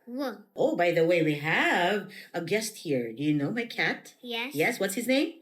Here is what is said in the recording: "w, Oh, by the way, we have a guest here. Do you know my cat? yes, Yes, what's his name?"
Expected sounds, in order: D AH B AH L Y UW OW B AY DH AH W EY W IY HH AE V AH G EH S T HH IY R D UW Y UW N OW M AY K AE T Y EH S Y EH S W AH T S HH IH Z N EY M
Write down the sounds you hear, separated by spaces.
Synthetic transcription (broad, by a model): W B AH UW B AY DH AH W EY W IY HH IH V AH G EH S T HH IY R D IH Y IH N OW M AY K AE T Y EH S Y EH S W AH T S HH IH Z N EY M